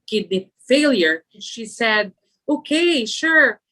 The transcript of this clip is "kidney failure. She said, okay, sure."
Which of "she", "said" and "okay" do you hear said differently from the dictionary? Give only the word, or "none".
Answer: none